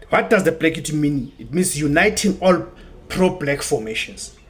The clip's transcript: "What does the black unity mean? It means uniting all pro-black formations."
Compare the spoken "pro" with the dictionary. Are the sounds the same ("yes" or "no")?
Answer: yes